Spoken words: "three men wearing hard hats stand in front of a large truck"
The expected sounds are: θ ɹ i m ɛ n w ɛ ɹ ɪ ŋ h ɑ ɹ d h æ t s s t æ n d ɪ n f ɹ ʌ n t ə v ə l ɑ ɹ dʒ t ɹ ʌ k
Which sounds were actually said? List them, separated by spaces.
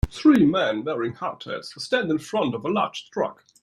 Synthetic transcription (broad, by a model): θ ɹ i m ɛ n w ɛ ɹ ɪ ŋ h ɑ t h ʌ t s s t æ n d ɪ n f ɹ ʌ n t ə v ə l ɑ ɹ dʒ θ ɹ ʌ k